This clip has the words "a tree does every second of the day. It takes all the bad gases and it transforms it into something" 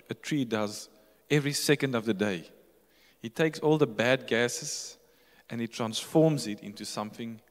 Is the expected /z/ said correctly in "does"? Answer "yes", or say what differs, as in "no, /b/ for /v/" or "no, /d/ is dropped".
yes